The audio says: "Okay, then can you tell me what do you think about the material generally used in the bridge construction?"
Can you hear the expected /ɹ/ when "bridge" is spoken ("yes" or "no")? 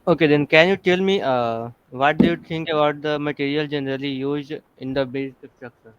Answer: no